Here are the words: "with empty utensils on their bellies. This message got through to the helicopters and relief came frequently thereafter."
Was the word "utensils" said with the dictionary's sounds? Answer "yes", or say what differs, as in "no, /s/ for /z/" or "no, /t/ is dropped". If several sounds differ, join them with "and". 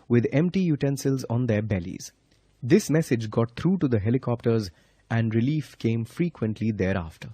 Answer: yes